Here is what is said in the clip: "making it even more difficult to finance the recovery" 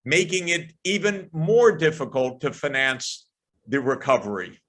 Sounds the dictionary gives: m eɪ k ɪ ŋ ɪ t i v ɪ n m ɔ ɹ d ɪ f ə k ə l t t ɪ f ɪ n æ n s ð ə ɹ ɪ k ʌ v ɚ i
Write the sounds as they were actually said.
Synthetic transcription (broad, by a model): m eɪ k ɪ ŋ ɪ t i v ɪ n m ɔ ɹ d ɪ f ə k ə l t t ɪ f ɪ n æ n s ð ə ɹ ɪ k ʌ v ɚ i